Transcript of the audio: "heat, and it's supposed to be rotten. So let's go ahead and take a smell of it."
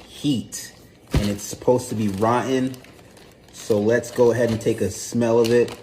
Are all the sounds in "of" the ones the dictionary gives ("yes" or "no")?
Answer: yes